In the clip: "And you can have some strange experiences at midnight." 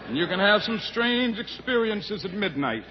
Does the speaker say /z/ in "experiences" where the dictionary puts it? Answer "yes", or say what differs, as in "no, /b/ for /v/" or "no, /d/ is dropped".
yes